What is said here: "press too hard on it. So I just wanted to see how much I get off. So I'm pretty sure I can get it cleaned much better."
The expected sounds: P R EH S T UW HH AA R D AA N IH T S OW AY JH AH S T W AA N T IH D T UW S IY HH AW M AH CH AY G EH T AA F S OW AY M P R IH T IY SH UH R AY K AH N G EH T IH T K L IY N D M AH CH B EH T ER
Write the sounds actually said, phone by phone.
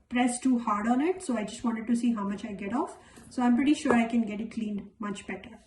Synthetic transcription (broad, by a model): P R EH S T UW HH AA R D AA N IH T S OW AY JH AH S T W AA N T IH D T UW S IY HH AW M AH CH AY G EH T AA F S OW AY M P R IH T IY SH UH R AY K AH N G EH T IH T K L IY N D M AH CH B EH T ER